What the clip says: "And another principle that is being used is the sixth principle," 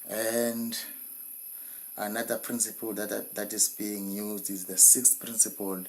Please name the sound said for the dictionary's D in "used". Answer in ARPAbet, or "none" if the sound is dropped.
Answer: D